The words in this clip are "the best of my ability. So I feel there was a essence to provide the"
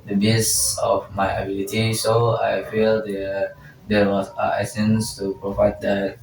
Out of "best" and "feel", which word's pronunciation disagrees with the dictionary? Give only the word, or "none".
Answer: best